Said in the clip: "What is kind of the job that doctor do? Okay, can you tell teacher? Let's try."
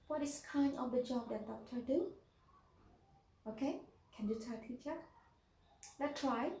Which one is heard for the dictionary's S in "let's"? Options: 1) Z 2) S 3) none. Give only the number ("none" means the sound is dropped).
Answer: 3